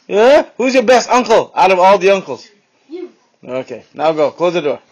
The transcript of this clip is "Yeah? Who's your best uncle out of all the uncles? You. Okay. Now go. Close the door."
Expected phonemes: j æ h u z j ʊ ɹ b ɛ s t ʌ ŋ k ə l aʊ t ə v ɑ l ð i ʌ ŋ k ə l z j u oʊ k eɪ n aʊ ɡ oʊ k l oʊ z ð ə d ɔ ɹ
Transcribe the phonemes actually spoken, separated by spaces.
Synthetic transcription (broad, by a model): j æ h u z j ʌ ɹ b ɛ s t ʌ ŋ k ə l aʊ t ə v ɑ l ð i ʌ ŋ k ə l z oʊ k eɪ n aʊ ɡ oʊ k l oʊ z ð ə d ɔ ɹ